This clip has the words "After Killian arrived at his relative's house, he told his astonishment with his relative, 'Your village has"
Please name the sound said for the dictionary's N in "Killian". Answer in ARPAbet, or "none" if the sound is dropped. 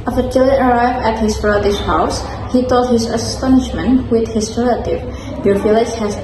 none